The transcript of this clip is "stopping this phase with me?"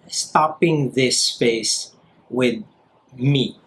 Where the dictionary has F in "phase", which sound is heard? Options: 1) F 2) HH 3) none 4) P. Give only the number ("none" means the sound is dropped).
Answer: 4